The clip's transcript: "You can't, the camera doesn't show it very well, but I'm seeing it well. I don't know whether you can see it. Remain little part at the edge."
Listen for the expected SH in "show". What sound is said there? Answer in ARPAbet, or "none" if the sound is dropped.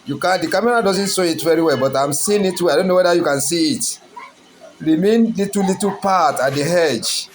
S